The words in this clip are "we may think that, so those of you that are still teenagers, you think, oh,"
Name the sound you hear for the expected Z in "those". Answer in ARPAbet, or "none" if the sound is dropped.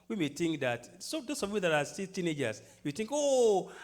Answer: S